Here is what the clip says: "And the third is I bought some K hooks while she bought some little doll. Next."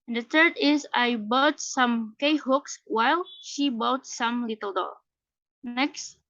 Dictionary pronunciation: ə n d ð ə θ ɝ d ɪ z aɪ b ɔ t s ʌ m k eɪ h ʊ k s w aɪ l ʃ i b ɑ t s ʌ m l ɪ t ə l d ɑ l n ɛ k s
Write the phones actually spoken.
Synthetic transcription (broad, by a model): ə n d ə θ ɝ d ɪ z aɪ b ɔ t s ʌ m k eɪ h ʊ k s w aɪ l ʃ i b ɑ t s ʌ m l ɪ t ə l d ɑ l n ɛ k s